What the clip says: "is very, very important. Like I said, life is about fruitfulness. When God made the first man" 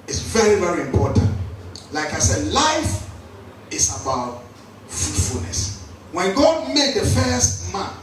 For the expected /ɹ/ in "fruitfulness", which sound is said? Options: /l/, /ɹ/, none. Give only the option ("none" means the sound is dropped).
none